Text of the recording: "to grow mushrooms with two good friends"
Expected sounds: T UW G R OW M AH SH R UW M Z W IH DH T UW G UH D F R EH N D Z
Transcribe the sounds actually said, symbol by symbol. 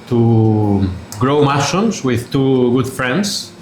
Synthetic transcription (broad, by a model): T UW G R OW M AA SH UW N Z W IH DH T UW G UH D F R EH N D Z